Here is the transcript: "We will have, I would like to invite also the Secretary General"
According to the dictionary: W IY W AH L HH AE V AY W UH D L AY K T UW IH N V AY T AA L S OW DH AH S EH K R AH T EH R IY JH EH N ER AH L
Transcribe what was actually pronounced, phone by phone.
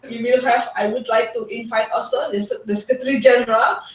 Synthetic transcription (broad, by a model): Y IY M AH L HH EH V AY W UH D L AY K T UW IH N F AY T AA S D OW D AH S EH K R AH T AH R IY JH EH N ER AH L